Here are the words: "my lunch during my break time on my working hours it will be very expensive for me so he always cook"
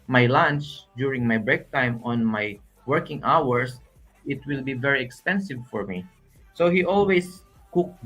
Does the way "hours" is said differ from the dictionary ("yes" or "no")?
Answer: yes